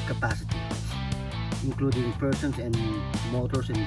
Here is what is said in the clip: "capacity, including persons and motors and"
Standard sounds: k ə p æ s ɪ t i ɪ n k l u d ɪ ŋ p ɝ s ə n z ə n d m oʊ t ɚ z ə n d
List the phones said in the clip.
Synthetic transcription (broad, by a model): k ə p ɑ s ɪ t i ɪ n k l u d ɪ ŋ p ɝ s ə n s ə n d m oʊ t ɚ s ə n